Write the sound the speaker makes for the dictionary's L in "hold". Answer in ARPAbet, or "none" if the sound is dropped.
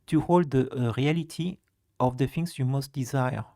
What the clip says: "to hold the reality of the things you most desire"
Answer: L